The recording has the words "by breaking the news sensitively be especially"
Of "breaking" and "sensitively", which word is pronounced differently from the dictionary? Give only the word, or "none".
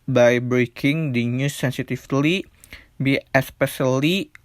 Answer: sensitively